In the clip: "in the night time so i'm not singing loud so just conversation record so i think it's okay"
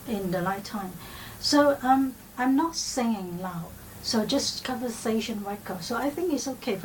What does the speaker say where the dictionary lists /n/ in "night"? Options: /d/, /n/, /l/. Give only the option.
/l/